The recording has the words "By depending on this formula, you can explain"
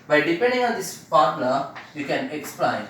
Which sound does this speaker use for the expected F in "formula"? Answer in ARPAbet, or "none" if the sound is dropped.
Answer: P